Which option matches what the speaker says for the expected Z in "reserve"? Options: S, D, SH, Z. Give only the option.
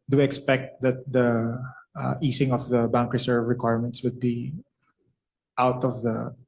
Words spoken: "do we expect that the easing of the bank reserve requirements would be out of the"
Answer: S